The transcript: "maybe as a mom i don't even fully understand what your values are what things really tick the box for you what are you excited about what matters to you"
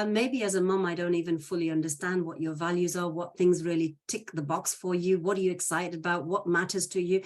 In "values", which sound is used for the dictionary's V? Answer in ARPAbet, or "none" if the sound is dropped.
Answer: V